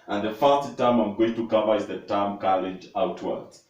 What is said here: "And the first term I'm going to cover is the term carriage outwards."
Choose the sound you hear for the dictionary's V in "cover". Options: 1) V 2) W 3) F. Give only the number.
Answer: 1